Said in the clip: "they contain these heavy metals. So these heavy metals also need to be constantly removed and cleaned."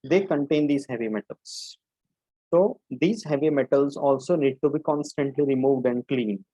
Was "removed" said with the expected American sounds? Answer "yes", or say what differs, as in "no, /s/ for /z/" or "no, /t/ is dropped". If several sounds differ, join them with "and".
yes